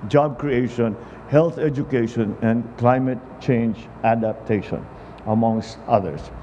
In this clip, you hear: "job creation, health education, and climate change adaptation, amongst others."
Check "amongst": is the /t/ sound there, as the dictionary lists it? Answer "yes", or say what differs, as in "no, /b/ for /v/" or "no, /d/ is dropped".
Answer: yes